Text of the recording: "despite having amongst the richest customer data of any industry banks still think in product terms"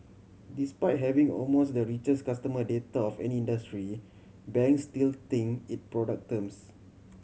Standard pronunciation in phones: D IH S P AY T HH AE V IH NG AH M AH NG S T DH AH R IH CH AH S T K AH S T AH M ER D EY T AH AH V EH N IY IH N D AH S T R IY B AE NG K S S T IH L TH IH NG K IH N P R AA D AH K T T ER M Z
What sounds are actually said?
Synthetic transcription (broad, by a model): D IH S P AY T HH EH V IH NG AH M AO S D AH R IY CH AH S K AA S T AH M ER D EY T AH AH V EH N IY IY N D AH S T R IY B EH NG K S S T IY L T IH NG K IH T P R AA D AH K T T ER M S